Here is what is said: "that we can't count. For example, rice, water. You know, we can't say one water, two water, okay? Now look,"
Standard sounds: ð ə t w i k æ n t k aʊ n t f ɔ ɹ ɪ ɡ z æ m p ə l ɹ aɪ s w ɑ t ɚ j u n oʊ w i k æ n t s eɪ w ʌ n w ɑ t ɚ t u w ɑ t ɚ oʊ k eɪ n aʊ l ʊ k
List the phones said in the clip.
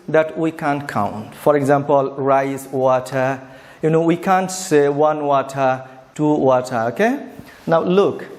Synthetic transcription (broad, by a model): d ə t w i k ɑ n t k aʊ n t f ɔ ɹ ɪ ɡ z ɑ m p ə l ɹ aɪ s w ɑ t ɚ j u n oʊ w i k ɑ n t s eɪ w ʌ n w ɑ t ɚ t u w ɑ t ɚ oʊ k eɪ n aʊ l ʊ k